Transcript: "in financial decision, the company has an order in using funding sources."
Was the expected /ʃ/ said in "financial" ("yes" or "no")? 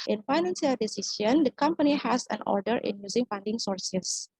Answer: no